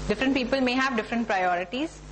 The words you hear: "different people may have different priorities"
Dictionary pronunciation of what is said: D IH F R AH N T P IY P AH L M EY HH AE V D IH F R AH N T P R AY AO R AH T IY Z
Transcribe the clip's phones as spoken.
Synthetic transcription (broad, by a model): D IH F R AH N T P IY P AH L M EY HH AE V D IH F R AH N T P R AY AO R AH T IY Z